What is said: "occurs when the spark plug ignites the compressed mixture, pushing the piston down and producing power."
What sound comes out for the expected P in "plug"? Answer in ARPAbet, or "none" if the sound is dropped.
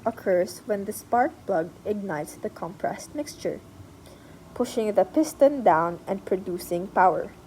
B